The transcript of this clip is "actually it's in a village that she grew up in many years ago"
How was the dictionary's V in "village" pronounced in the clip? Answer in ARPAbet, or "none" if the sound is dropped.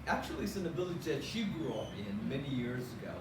B